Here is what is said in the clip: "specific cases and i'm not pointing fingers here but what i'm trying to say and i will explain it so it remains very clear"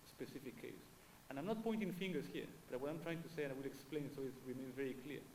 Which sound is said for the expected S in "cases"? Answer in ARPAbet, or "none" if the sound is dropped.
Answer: none